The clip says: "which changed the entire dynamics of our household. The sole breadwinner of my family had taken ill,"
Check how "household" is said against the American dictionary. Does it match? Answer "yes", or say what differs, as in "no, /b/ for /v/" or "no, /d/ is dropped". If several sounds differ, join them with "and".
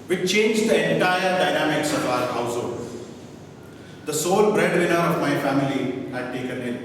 no, /l/ is dropped